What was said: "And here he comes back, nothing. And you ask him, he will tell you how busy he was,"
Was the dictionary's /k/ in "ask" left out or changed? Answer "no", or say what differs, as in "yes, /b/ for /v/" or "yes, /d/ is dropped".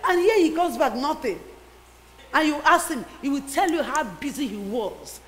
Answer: yes, /k/ is dropped